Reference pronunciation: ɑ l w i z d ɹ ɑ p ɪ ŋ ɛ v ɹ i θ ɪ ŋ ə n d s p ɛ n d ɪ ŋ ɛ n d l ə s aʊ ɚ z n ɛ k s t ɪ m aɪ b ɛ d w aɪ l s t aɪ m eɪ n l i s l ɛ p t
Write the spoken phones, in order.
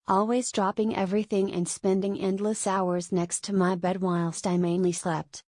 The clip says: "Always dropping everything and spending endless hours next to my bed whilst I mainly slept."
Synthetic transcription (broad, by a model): ɑ l w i z d ɹ ɑ p ɪ ŋ ɛ v ɹ i θ ɪ ŋ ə n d s p ɛ n d ɪ ŋ ɛ n d l ə s aʊ ɚ z n ɛ k s t ɪ m aɪ b ɛ d w aɪ l s t aɪ m eɪ n l i s l ɛ p t